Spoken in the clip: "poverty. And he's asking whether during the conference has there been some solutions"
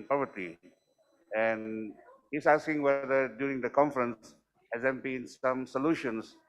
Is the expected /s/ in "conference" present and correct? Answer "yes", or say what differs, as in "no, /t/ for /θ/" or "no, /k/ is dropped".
yes